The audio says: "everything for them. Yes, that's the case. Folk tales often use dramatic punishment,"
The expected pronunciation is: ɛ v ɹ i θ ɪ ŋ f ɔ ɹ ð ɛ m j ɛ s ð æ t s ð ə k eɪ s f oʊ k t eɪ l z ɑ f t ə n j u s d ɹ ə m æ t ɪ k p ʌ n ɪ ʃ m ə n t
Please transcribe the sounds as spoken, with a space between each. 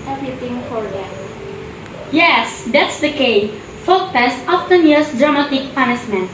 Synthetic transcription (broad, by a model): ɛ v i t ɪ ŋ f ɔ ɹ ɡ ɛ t j ɛ s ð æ t s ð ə k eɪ f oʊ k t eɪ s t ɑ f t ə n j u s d ɹ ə m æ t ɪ k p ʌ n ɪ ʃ m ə n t